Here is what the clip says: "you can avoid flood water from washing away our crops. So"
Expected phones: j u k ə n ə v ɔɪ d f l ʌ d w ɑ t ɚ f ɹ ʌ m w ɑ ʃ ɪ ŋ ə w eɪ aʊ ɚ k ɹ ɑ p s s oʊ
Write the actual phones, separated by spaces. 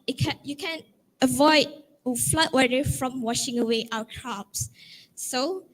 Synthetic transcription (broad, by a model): j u k ə n ə v ɔɪ d f l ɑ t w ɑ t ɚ f ɹ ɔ m w ɑ ʃ ɪ ŋ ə w eɪ aʊ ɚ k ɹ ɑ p s s oʊ